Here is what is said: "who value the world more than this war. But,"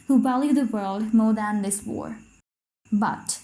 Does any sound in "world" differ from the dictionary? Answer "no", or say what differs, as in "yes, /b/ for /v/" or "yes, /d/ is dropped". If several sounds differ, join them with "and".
no